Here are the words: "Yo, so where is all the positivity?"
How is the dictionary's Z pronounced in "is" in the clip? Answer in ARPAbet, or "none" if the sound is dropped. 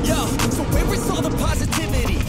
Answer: S